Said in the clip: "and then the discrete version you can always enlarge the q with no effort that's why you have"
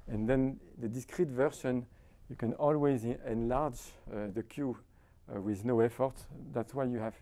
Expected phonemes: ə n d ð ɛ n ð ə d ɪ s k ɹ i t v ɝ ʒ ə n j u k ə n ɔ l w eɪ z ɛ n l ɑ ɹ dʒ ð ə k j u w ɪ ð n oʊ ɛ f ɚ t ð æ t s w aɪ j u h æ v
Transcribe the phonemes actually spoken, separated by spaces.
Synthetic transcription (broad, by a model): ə n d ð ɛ n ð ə d ɪ s k ɹ i t v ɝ ʃ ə n j u k ə n ɔ l w eɪ z ɛ n l ɑ ɹ dʒ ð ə k j u w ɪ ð n oʊ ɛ f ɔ t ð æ t s w aɪ j u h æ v